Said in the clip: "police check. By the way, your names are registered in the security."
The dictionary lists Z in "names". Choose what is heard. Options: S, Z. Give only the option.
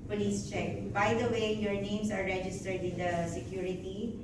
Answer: S